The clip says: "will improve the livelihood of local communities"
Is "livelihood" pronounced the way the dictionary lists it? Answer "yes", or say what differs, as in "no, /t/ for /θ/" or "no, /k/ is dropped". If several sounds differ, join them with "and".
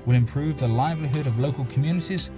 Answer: yes